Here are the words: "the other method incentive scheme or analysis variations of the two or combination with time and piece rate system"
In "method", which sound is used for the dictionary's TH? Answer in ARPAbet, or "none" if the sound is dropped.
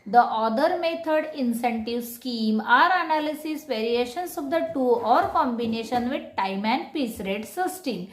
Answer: T